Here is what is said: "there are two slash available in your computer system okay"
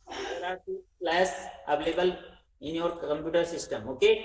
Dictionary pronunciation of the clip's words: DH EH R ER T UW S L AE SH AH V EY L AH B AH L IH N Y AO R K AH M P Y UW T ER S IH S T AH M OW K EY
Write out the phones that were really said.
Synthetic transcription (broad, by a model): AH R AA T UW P L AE S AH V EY L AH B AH L IH N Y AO R K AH M P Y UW T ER S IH S T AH M OW K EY